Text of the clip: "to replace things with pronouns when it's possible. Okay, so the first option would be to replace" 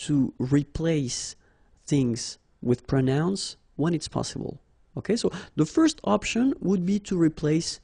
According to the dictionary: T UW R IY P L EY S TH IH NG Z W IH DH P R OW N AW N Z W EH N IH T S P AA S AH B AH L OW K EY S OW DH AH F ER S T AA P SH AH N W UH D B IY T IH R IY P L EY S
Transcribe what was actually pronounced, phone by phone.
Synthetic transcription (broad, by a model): T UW R IY P L EY S TH IH NG Z W IH DH P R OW N AW N S W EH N IH T S P AA S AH B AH L OW K EY S OW DH AH F ER S T AA P SH AH N W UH D B IY T IH R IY P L EY S